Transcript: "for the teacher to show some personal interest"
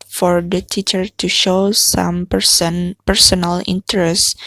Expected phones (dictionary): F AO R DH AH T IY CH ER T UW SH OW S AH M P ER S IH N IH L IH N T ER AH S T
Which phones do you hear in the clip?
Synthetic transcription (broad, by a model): F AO R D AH T IY CH ER T UW SH OW S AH M P ER S IH N IH L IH N T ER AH S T